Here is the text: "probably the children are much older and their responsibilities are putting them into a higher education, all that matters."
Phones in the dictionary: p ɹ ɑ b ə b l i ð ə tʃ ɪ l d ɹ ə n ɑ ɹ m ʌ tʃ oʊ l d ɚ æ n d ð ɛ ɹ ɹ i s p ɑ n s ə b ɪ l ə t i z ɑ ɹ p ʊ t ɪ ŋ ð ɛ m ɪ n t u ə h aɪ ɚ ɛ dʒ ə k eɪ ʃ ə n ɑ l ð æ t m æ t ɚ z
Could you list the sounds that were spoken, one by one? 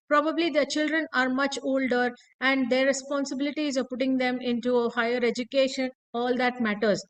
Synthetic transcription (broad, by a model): p ɹ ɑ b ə b l i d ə tʃ ɪ l d ɹ ə n ɑ ɹ m ʌ tʃ oʊ l d ɚ æ n d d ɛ ɹ ɹ i s p ɑ n s ə b ɪ l ə t i z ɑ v p ʊ t ɪ ŋ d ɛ m ɪ n t u ə h aɪ ɚ ɛ dʒ ə k eɪ ʃ ə n ɑ l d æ t m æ t ɚ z